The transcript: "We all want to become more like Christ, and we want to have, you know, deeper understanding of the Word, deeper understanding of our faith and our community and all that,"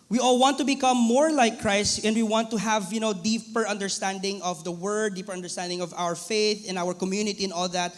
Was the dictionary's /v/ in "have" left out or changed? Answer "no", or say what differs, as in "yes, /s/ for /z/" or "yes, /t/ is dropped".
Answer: no